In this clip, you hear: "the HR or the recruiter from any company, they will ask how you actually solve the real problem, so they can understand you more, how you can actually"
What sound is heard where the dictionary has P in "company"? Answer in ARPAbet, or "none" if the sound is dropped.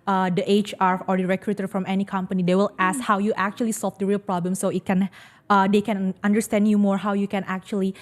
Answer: P